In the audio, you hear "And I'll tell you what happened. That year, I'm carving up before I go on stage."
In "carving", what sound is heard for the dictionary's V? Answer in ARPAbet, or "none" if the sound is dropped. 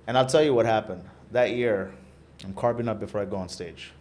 P